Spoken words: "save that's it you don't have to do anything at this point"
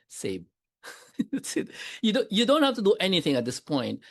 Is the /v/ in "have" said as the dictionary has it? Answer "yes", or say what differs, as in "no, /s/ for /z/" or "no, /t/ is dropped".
no, /f/ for /v/